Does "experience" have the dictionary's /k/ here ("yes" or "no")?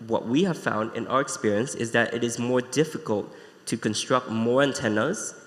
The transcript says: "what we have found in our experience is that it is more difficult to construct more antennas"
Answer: yes